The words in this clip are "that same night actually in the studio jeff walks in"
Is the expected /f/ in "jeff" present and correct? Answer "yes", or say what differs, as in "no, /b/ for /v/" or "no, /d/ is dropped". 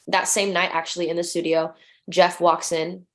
yes